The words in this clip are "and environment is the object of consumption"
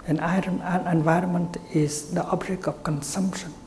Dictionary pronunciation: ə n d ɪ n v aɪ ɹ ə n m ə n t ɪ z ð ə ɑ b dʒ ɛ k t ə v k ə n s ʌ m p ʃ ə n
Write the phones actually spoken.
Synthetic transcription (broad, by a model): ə n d ɪ n v aɪ ɹ ə n m ə n t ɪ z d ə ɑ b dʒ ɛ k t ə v k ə n s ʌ m p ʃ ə n